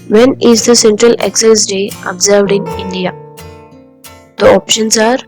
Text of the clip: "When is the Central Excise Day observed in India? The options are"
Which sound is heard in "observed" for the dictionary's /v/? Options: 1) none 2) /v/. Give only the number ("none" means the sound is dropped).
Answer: 2